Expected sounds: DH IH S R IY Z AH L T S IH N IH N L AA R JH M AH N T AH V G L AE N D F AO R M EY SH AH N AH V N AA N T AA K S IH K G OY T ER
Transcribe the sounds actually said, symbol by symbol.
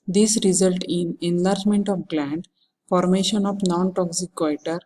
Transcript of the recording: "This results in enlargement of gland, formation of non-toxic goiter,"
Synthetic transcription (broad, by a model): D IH S R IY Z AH L T IH N IH N L AA R JH M AH N T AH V G L AE N D F AO R M EY SH AH N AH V N AA N T AA K S IH K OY T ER